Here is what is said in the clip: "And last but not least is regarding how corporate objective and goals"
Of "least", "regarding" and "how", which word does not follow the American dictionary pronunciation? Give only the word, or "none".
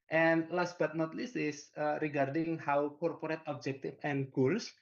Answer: least